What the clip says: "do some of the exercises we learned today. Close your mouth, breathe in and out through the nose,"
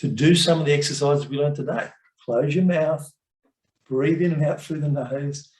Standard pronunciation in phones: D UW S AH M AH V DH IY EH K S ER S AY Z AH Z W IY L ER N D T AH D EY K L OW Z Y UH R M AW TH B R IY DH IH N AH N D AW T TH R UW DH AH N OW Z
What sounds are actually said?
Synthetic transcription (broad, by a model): D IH S AH M AH V DH IY EH K S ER S AY Z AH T W IY L ER N T AH D EY K L OW Z Y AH R M AW TH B R IY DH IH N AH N AW T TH R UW DH AH N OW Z